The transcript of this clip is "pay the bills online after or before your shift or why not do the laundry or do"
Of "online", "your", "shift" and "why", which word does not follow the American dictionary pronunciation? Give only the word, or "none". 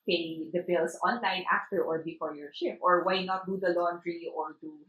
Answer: shift